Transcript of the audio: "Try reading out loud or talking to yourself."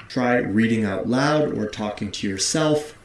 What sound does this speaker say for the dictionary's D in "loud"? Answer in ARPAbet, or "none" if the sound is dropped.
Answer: D